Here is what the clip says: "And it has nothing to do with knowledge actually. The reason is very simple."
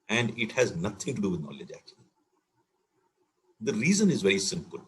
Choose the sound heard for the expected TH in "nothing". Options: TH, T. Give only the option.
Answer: T